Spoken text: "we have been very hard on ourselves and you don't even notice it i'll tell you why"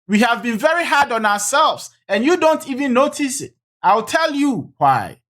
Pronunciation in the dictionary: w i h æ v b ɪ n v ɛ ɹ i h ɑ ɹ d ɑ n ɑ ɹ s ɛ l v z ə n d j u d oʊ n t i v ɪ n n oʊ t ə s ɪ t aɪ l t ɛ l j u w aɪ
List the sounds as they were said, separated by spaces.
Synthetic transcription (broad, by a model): w i h æ v b ɪ n v ɛ ɹ i h ɑ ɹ d ɑ n ɑ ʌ s ɛ l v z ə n j u d oʊ n t i v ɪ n n oʊ t ə s ɪ t aɪ l t ɛ l j u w aɪ